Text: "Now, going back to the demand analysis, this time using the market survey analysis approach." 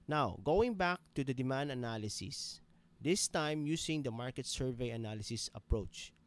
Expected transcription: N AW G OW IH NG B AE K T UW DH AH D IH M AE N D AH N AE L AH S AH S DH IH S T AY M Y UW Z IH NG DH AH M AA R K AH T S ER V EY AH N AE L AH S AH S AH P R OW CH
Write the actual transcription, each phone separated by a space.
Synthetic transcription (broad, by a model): N AW G OW IH NG B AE K T UW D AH D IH M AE N D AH N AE L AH S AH S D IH S T AY M Y UW S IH NG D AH M AA R K AH T S ER V EY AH N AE L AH S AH S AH P R OW CH